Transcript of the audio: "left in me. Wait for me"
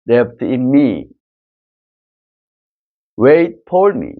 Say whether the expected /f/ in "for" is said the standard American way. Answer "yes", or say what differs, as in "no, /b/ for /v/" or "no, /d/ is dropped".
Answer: no, /p/ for /f/